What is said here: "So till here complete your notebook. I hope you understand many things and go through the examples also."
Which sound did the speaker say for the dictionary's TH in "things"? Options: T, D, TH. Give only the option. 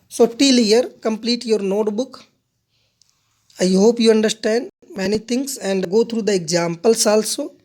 T